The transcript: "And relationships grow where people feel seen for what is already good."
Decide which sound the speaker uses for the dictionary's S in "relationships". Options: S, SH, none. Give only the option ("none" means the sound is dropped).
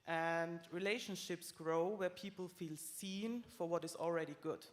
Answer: S